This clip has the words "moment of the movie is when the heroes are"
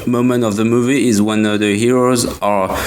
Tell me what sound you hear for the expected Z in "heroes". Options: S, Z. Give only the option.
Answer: Z